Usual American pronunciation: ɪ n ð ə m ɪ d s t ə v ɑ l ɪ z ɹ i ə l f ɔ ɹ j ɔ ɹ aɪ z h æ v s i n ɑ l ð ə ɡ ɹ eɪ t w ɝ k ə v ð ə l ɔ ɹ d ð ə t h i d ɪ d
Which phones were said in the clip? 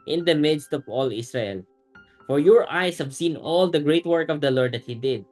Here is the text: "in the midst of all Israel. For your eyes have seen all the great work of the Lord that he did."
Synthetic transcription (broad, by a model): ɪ n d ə m ɪ d s t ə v ɑ l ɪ s ɹ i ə l f ɔ ɹ j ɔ ɹ aɪ s h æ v s i n ɑ l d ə ɡ ɹ eɪ t w ɝ k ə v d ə l ɔ ɹ d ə t h i d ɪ d